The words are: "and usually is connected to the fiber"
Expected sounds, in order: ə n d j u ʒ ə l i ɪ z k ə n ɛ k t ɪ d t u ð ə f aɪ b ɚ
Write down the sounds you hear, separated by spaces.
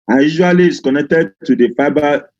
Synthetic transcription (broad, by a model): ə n j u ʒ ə l i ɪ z k ə n ɛ k t ɪ d t u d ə f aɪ b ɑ